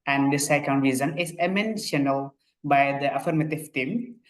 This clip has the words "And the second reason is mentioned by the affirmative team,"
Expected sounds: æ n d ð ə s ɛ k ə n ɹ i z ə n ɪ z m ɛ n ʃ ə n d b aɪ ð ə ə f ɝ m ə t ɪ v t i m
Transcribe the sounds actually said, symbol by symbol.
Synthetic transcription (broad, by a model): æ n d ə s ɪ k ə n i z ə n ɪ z m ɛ n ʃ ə n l b aɪ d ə ə f ɝ m ə t ɪ v t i m